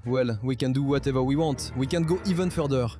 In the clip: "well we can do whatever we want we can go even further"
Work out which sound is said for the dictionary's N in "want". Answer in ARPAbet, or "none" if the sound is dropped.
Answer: none